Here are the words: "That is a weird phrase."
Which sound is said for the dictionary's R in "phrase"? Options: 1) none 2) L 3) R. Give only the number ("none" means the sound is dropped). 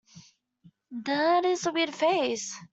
1